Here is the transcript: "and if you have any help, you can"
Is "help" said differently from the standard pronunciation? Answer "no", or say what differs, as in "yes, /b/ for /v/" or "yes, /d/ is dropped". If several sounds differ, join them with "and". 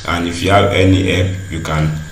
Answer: yes, /l/ is dropped